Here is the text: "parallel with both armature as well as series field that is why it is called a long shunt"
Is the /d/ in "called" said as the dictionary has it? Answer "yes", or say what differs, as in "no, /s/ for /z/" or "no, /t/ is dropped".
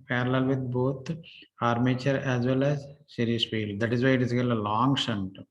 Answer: no, /d/ is dropped